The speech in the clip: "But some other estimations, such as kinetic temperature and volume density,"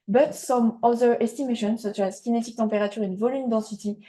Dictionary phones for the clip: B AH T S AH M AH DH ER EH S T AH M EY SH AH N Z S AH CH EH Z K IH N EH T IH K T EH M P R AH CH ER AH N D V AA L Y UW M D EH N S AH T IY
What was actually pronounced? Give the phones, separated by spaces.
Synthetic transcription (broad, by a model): B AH T S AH M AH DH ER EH S T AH M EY SH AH N S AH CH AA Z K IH N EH T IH K T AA P R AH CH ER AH N V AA L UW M D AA S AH T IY